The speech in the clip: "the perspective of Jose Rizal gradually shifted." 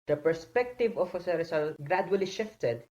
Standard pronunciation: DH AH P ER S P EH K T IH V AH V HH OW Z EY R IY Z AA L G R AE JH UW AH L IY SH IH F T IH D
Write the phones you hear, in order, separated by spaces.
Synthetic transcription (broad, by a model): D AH P ER S P EH K T IH V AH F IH S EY R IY S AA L G R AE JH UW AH L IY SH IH F T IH D